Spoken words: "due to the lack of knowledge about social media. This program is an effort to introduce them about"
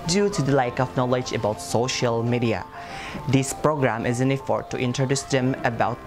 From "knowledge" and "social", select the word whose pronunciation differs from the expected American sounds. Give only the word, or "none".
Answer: none